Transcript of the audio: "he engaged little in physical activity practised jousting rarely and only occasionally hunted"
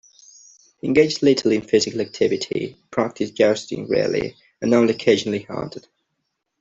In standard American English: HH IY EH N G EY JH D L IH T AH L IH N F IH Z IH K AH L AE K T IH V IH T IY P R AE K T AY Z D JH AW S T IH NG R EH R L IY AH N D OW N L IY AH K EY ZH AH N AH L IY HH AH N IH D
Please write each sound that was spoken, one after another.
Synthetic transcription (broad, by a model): HH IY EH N G EY JH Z L IH T AH L IH N F IH Z IH K AH L AE K T IH V IH T IY P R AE K T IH S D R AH S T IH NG R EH L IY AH N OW L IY AH K EY ZH AH N AH L IY HH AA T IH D